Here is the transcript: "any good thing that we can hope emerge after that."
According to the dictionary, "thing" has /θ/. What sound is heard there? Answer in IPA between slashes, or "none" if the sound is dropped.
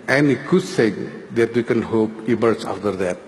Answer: /s/